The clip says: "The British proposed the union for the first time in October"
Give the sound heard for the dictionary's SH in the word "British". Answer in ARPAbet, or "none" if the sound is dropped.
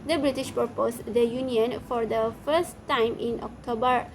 SH